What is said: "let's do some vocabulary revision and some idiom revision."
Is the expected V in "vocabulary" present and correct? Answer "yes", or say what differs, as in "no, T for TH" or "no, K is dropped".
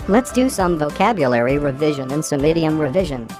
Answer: yes